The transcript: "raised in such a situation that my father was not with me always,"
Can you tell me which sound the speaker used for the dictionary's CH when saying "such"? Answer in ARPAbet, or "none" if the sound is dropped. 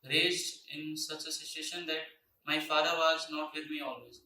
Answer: CH